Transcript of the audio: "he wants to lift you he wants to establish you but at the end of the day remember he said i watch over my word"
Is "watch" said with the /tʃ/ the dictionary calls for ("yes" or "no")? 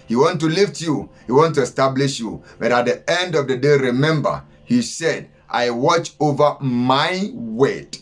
yes